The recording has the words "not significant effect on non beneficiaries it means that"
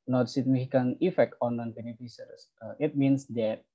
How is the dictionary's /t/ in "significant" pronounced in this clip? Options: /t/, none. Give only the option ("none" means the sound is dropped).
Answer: none